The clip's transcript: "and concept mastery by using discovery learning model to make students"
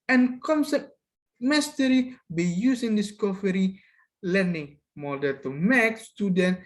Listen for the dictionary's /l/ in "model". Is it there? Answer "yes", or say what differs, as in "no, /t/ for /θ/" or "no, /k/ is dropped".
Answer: no, /n/ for /l/